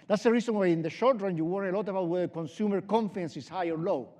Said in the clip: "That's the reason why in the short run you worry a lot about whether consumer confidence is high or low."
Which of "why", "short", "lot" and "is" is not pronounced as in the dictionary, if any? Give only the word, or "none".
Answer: is